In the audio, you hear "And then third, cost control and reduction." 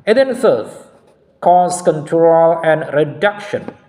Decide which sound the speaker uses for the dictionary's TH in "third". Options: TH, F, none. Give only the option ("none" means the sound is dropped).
F